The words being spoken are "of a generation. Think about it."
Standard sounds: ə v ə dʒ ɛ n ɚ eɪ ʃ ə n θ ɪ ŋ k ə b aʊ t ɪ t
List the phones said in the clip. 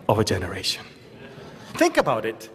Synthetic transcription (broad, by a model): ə v ə dʒ ɛ n ɚ eɪ ʃ ə n θ ɪ ŋ k ə b aʊ t ɪ t